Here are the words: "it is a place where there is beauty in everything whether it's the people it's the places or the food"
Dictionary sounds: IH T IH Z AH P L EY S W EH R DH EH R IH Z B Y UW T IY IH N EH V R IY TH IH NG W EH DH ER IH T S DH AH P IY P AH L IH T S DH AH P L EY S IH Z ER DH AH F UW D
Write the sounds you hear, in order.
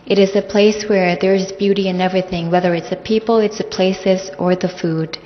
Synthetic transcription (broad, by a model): IH T IH Z AH P L EY S W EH R DH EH R IH Z B Y UW T IY IH N EH V R IY TH IH NG W EH DH ER IH T S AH P IY P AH L IH T S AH P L EY S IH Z ER DH AH F UW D